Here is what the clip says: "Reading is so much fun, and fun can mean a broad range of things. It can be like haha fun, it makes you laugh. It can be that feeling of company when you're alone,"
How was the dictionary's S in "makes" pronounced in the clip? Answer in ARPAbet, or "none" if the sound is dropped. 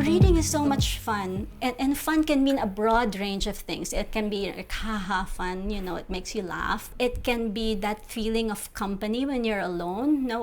S